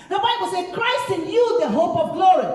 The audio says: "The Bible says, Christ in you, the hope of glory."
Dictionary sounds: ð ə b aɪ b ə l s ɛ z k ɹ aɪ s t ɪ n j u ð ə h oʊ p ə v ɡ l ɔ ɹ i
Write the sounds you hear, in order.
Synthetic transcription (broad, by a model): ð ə b aɪ b ə l s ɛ k ɹ aɪ s t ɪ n j u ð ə h oʊ p ə v ɡ l ɔ ɹ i